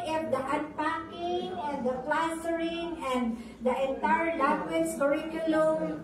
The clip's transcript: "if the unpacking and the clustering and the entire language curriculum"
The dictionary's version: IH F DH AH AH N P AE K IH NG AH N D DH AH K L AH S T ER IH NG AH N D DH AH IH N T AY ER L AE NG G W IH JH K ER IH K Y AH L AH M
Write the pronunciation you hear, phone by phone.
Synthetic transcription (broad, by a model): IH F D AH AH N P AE K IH NG AH N D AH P L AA S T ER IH NG AH N D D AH IH N T AY ER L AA G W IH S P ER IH K Y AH L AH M